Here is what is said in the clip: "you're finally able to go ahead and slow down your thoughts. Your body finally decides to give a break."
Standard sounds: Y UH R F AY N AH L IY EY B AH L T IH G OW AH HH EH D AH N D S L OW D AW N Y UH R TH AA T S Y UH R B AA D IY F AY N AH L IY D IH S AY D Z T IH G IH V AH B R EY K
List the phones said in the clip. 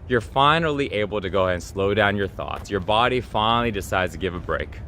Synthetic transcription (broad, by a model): Y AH R F AY N L IY EY B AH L T IH G OW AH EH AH N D S L OW D AW N Y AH R TH AA T S Y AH R B AA D IY F AY N L IY D IH S AY D Z T IH G IH V AH B R EY K